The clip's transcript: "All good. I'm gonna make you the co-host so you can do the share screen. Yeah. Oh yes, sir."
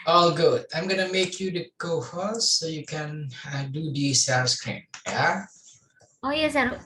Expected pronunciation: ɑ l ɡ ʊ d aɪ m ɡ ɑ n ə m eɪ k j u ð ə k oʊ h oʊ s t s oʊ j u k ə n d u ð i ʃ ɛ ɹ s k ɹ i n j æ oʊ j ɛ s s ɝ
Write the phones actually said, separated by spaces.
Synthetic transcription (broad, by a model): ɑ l ɡ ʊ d aɪ m ɡ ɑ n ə m eɪ k j u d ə k oʊ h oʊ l s oʊ j u k ə n d u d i s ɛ s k ɹ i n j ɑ oʊ j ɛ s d